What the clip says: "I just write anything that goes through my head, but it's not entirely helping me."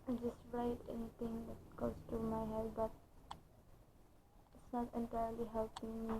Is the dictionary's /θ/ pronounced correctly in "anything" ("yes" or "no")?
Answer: no